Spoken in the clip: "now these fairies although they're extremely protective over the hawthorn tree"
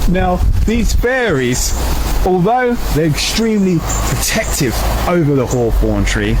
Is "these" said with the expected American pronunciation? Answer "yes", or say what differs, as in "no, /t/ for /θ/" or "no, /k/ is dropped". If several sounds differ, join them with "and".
yes